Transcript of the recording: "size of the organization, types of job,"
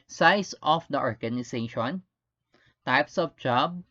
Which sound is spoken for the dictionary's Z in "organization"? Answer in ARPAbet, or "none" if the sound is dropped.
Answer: S